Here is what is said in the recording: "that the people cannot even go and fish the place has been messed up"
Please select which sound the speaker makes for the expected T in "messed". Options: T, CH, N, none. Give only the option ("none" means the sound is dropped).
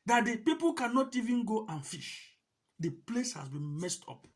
T